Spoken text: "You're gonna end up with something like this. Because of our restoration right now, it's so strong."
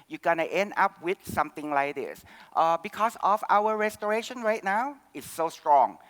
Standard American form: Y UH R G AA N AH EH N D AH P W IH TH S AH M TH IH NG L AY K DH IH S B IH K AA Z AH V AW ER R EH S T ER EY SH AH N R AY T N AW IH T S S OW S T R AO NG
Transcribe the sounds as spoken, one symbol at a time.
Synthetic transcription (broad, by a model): Y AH G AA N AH EH N D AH P W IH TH S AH M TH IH NG L AY K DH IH S B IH K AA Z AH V AW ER R EH S T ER EY SH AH N R AY T N AW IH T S S OW S T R AO NG